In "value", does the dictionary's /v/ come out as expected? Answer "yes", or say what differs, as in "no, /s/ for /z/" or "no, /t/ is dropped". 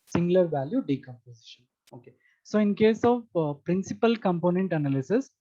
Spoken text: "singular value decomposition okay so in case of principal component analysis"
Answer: yes